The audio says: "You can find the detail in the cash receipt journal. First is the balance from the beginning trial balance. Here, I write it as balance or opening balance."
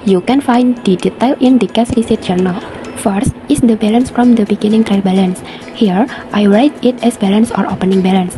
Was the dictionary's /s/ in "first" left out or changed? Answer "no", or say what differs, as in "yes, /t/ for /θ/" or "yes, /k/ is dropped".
no